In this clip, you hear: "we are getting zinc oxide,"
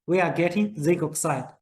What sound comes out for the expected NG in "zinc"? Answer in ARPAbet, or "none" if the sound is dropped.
none